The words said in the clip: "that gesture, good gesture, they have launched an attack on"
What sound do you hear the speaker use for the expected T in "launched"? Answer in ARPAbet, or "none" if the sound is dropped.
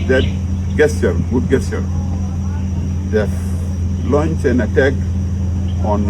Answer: none